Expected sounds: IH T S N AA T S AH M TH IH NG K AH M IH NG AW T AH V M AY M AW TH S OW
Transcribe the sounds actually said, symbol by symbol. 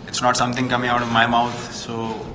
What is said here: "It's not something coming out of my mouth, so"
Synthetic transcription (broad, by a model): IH T S N AA T S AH M T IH NG K AH M IH NG AW T AH V M AY M AW T S OW